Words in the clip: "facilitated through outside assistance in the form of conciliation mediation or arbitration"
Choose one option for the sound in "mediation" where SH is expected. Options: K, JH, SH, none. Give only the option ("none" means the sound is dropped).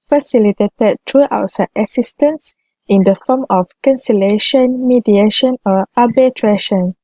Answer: SH